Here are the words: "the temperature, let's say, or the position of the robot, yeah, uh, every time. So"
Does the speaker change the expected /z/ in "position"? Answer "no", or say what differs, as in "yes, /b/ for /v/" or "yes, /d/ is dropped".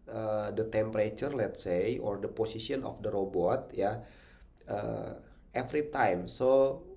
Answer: yes, /s/ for /z/